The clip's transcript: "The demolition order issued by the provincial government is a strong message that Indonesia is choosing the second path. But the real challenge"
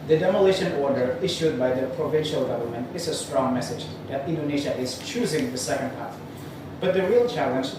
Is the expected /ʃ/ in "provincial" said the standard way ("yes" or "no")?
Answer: yes